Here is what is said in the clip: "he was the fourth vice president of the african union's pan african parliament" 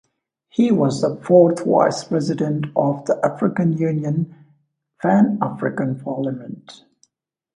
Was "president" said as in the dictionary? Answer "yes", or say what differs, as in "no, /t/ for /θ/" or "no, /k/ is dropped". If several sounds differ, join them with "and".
yes